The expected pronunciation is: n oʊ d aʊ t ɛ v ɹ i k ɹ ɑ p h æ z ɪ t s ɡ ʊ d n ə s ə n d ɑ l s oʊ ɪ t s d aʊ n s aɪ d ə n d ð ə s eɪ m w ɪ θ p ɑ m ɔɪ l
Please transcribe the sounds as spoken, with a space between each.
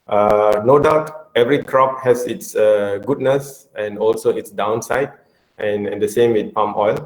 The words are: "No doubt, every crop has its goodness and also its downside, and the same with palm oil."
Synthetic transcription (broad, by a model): n oʊ d aʊ t ɛ v ɹ i k ɹ ɑ p h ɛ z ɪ t s ɡ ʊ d n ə s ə n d ɑ l s oʊ ɪ t s d aʊ n s aɪ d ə n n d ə s eɪ m w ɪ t p ɑ m ɔɪ l